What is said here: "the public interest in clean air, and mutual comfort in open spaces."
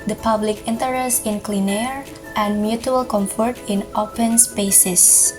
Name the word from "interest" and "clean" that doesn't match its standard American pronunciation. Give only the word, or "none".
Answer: none